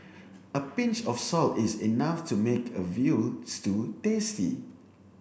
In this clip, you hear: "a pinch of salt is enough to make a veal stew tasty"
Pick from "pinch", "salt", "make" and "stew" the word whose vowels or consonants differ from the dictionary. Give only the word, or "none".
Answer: none